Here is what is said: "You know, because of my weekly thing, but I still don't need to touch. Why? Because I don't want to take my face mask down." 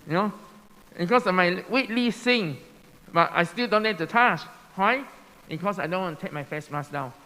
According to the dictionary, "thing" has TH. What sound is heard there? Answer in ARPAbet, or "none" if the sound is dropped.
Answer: S